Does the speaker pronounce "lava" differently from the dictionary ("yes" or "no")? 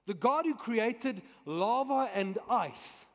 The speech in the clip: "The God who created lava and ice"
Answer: no